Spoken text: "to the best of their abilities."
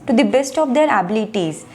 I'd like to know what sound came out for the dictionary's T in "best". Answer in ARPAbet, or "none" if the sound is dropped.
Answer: T